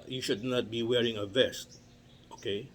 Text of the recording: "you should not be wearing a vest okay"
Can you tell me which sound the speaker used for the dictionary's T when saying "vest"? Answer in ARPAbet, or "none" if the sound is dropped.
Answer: T